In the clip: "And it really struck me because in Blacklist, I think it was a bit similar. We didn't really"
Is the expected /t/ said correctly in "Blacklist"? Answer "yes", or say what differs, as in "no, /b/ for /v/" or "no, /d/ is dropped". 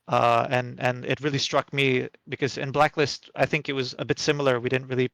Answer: yes